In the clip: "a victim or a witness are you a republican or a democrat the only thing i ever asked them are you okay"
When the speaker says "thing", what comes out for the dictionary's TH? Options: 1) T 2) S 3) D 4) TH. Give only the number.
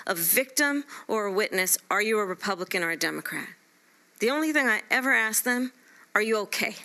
4